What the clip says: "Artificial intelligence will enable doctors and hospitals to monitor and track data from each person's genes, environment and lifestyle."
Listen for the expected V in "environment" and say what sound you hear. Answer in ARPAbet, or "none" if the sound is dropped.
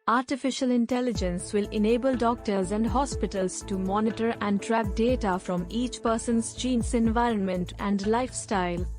V